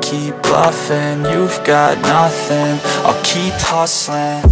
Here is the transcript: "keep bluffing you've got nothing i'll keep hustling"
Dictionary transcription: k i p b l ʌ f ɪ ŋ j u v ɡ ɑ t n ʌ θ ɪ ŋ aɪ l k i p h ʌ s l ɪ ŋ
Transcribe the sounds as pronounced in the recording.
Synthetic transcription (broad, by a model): k i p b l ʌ f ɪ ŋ j u v ɡ ɑ t n ʌ θ ɪ ŋ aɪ k i p h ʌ s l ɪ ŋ